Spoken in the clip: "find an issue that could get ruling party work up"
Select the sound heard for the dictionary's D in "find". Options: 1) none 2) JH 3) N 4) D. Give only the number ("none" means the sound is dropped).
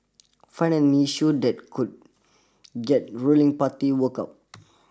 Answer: 1